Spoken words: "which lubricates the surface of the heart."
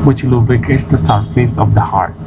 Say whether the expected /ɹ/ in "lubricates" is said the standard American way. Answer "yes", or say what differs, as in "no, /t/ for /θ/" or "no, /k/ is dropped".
no, /ɹ/ is dropped